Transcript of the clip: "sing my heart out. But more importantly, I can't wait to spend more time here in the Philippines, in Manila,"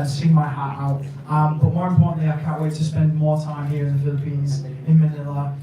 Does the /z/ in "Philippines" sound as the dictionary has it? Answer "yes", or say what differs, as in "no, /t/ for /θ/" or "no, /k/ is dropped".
yes